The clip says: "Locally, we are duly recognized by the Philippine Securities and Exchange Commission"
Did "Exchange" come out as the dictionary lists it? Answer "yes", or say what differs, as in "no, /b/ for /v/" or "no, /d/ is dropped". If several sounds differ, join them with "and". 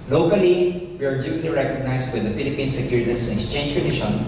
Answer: yes